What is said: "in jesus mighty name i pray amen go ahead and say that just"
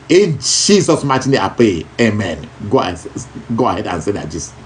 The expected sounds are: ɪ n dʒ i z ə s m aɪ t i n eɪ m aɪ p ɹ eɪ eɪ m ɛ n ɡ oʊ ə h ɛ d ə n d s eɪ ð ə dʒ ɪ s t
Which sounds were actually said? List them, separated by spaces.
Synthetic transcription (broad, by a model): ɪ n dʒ i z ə s m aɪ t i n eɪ aɪ p ɹ eɪ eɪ m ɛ n ɡ oʊ ə h ɛ d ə n s eɪ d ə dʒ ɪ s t